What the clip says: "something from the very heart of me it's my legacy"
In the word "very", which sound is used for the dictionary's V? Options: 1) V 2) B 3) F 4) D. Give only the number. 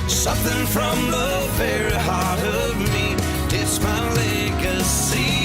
2